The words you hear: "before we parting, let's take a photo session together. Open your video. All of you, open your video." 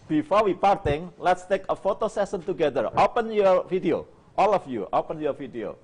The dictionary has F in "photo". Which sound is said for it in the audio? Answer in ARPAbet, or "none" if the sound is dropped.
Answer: F